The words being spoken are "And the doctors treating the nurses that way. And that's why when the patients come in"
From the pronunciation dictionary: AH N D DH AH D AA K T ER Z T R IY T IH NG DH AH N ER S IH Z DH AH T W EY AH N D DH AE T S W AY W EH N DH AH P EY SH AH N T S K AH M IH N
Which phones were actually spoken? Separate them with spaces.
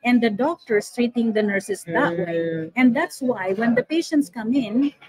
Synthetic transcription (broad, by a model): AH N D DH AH D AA K T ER S T R IY T IH NG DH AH N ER S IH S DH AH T W EY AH N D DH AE T S W AY W EH N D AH P EY SH AH N T S K AH M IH N